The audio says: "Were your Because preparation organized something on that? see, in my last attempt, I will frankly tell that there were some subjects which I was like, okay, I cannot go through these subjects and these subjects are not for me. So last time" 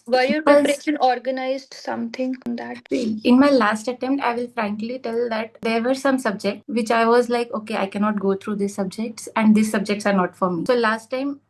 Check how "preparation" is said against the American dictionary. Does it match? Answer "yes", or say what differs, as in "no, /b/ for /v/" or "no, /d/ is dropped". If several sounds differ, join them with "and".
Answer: no, /ɹ/ is dropped